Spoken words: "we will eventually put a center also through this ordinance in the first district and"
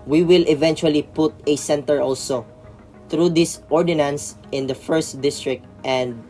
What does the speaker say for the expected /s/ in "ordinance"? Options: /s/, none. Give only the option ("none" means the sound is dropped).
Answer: /s/